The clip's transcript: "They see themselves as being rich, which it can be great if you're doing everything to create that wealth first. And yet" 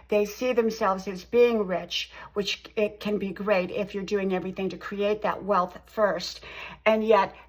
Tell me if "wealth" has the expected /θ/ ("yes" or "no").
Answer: yes